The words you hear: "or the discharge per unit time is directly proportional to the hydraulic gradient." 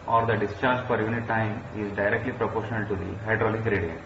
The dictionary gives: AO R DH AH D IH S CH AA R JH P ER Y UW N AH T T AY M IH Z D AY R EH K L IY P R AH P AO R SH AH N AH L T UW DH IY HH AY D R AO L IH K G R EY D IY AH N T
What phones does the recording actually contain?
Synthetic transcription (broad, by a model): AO R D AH D IH S CH AA R JH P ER Y UW N AH T T AY M IH Z D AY R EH K L IY P R AH P AO R SH AH N AH L T UW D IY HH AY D R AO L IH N G R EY D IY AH N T